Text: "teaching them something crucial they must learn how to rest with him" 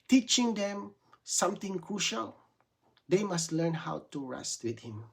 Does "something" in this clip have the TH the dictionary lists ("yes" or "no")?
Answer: no